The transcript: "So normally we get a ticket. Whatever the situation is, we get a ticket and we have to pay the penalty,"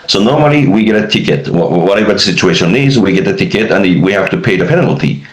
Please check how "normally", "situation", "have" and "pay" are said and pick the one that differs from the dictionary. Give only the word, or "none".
have